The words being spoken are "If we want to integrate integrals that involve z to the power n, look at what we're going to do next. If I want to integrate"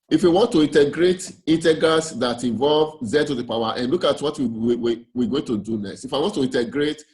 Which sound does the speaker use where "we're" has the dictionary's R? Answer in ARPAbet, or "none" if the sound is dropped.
W